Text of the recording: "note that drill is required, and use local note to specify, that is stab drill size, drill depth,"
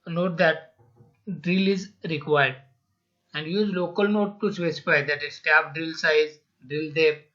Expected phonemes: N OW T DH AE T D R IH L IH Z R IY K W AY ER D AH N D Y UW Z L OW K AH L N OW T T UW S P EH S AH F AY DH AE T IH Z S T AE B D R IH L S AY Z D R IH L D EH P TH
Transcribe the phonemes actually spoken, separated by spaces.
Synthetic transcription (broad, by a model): N OW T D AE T D R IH L IH Z R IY K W AY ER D AH N D Y UW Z L OW K AH L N OW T T UW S EH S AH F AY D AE T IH S T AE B D R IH L S AY Z D R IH L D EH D